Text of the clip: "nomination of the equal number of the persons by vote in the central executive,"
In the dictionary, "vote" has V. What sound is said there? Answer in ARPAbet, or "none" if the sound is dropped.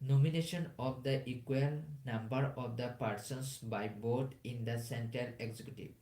B